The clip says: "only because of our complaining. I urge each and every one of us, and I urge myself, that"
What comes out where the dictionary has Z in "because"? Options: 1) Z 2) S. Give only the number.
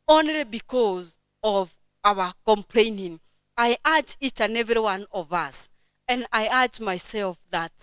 1